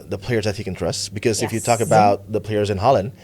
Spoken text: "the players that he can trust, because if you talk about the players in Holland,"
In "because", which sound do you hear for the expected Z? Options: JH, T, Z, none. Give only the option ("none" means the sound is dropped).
Z